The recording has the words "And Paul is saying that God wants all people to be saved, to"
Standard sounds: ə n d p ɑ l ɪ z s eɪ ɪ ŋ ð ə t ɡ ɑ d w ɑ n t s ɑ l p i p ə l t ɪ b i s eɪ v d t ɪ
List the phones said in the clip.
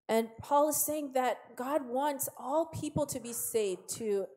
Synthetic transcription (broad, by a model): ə n p ɑ l ɪ z s eɪ ɪ ŋ ð ə t ɡ ɑ d w ɑ n t s ɑ l p i p l t ɪ b i s eɪ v t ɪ